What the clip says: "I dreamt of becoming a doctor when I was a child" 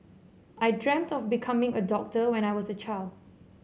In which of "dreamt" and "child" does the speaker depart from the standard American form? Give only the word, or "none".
none